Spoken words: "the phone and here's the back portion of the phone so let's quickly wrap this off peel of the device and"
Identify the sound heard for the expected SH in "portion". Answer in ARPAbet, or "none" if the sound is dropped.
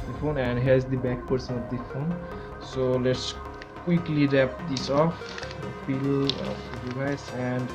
S